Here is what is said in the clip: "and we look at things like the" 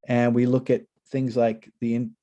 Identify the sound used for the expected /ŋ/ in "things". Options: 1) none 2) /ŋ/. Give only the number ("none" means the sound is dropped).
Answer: 2